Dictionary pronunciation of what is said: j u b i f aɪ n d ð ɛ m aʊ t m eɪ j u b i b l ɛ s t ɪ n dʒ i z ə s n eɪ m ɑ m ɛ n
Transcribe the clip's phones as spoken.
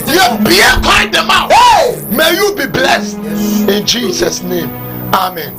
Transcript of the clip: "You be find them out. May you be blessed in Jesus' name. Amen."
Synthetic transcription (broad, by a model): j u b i p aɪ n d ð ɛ m aʊ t m eɪ j u b i b l ɛ s t ɪ n dʒ i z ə s n eɪ m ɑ m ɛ n